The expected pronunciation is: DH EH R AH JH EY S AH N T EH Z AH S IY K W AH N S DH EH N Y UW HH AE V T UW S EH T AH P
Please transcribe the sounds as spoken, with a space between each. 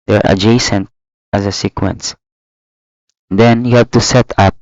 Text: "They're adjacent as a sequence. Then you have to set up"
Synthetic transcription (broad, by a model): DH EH R AH JH EY S AH N T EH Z AH S IY K W AH N S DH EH N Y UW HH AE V T UW S EH T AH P